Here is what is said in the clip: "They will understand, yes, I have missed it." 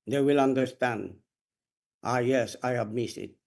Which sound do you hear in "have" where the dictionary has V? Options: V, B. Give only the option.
B